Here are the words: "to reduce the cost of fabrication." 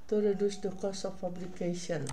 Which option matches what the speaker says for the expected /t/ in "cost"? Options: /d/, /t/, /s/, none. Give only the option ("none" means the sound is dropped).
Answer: none